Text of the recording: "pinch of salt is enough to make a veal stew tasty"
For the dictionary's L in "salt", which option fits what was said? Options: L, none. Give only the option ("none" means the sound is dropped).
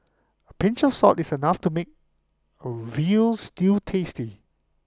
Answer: none